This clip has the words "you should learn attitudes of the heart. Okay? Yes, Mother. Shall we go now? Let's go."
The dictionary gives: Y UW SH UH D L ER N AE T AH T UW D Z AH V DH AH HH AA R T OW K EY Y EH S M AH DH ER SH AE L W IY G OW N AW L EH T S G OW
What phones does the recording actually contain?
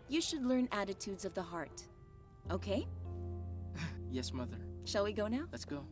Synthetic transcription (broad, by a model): Y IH SH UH D L ER N AE T AH T UW D Z AH V DH AH HH AA R T OW K EY Y EH S M AH DH ER SH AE L W IY G OW N AW L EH T S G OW